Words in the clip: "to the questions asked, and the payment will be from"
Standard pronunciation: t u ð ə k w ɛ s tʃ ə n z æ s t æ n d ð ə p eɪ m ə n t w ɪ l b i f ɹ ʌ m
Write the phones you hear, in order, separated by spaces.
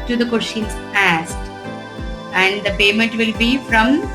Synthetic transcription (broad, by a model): t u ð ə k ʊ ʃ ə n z æ s t æ n d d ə p eɪ m ə n t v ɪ l b i f ɹ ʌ m